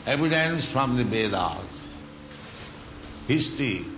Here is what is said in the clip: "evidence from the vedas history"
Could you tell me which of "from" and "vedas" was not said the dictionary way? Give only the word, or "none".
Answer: vedas